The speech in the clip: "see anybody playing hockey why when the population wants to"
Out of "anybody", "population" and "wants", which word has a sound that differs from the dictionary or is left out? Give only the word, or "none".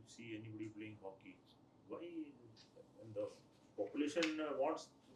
wants